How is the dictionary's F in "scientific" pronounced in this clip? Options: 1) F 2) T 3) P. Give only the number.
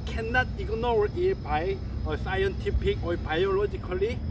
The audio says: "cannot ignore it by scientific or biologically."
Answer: 3